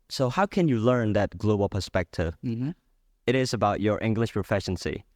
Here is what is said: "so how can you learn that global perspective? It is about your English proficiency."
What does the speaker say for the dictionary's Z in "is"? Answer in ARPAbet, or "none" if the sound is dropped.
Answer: Z